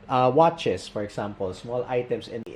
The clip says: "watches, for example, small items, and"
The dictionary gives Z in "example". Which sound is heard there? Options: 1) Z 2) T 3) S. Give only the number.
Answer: 3